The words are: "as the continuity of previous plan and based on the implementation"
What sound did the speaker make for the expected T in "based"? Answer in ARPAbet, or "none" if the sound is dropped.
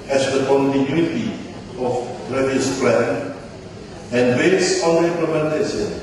none